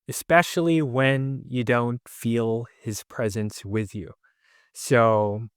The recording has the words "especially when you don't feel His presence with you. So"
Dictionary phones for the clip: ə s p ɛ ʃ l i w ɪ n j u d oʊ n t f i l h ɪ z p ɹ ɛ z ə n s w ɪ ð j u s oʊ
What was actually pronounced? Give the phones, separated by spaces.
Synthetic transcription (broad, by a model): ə s p ɛ ʃ l i w ɪ n j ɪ d oʊ n t f i l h ɪ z p ɹ ɛ z ə n s w ɪ ð j u s oʊ